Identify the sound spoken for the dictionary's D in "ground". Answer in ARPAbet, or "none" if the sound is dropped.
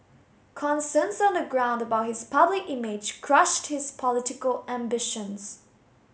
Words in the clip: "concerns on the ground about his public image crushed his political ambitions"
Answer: D